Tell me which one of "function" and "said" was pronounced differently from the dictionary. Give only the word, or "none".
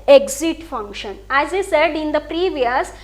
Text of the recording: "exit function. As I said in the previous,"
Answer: none